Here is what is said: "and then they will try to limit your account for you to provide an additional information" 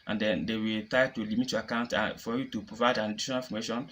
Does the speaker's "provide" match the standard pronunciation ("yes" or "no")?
yes